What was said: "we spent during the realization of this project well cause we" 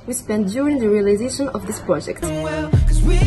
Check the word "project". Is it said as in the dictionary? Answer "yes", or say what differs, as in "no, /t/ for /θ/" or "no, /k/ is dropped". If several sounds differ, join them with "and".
yes